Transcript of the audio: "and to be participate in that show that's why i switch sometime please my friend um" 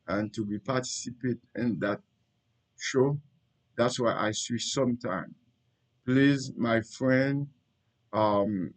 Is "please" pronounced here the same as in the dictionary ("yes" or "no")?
yes